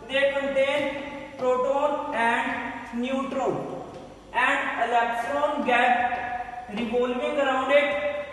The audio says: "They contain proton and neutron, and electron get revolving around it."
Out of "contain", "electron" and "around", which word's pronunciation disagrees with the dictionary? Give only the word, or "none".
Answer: electron